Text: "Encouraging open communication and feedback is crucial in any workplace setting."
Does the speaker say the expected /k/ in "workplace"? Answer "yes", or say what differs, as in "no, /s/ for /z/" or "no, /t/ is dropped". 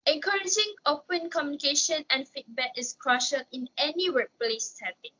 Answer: no, /k/ is dropped